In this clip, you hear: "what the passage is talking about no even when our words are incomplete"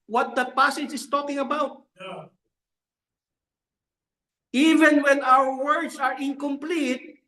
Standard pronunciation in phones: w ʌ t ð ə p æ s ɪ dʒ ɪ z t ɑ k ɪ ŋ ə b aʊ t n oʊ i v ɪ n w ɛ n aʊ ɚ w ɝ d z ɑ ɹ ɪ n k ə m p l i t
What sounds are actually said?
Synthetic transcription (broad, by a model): w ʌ t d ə p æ s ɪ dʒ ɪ s t ɑ k ɪ ŋ ə b aʊ t i v ɪ n w ɛ n aʊ ɚ w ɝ d s ɑ ɹ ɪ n k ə m p l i t